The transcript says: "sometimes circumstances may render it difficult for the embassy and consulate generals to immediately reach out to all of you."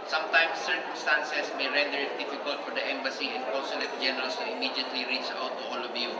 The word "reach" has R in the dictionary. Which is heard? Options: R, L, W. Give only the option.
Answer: R